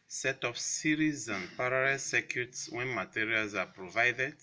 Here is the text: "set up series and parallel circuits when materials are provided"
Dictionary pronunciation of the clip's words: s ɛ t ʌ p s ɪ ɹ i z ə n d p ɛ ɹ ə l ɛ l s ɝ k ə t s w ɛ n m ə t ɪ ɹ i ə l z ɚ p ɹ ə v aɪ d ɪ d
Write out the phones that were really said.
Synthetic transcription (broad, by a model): s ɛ t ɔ f s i ɹ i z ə n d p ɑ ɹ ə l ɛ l s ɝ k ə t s w ɛ n m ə t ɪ ɹ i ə l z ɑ p ɹ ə v aɪ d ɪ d